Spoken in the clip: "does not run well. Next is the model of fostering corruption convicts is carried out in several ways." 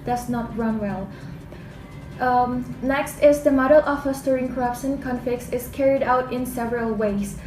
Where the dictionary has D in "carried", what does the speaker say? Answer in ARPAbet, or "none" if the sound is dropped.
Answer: D